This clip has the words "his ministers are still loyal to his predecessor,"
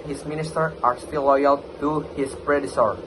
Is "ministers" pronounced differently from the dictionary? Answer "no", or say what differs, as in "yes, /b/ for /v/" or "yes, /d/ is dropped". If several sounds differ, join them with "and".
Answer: yes, /z/ is dropped